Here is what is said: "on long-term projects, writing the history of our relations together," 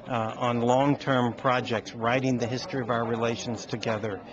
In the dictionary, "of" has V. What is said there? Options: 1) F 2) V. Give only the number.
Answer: 2